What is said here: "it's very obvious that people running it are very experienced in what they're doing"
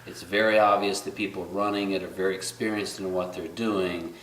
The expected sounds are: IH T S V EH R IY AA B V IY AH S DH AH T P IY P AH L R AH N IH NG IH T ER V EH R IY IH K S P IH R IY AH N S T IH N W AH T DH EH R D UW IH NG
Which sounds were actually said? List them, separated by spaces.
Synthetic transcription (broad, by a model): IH T S V EH R IY AA B V IY AH S DH AH T P IY P L R AH N IH NG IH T ER V EH R IY IH K S P IH R IY AH N S T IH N W AH T DH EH R D UW IH NG